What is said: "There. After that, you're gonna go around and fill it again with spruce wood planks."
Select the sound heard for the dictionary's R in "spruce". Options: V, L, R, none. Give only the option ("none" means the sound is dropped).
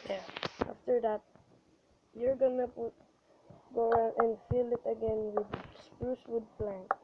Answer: R